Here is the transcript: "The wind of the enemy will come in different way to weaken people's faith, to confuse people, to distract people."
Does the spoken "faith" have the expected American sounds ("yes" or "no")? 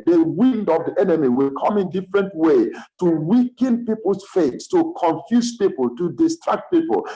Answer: no